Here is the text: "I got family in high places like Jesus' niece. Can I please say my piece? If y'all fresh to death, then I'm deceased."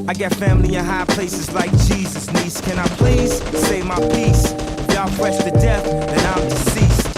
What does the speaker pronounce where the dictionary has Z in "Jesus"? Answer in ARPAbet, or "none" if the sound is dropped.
Z